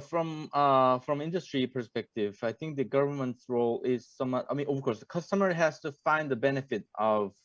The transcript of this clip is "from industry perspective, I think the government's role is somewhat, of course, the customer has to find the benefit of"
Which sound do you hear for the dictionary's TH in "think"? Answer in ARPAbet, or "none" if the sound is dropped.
TH